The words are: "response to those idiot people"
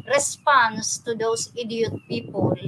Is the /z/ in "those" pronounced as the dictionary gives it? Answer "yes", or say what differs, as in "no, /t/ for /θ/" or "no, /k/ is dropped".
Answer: no, /s/ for /z/